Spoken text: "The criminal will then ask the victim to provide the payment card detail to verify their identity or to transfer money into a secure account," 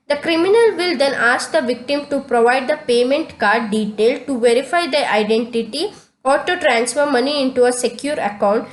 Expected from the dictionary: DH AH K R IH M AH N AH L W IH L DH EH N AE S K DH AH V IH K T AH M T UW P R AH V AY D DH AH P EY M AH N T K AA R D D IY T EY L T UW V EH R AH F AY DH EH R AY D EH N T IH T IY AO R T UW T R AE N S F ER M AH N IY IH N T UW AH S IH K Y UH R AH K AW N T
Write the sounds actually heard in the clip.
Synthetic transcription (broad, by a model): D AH K R IH M AH N AH L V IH L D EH N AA S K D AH V IH K T AH M T UW P R AH V AY D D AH P EY M AH N T K AA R D D IY T EY L T UW V EH R AH F AY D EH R AY D EH N T IH T IY AO R T UW T R AE N S F ER M AH N IY IH N T UW AH S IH K Y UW R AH K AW N T